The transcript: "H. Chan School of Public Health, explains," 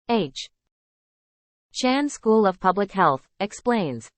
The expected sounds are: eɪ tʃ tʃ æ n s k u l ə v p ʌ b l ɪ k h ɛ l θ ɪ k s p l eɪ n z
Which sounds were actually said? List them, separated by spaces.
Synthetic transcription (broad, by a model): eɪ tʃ tʃ æ n s k u l ə v p ʌ b l ɪ k h ɛ l θ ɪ k s p l eɪ n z